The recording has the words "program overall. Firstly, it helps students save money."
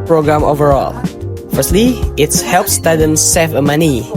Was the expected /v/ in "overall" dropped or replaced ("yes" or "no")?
no